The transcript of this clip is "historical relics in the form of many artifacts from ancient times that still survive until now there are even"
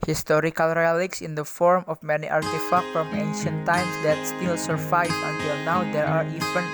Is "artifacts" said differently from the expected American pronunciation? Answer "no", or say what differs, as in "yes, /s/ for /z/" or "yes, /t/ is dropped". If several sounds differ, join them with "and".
yes, /s/ is dropped